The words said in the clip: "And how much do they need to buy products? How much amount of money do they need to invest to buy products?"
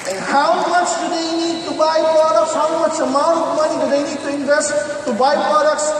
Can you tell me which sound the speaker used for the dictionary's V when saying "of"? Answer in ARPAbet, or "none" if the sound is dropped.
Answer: P